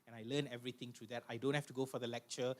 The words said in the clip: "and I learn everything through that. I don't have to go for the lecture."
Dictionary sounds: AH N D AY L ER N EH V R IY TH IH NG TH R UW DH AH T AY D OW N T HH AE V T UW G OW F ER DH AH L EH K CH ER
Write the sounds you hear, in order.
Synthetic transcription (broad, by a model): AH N AY L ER N EH V R IY T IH NG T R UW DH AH T AY D OW N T HH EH F T UW G OW F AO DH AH L EH K CH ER